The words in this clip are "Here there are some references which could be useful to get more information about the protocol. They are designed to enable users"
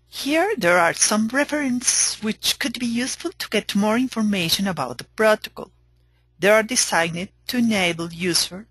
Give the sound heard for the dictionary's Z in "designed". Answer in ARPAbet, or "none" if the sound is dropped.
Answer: S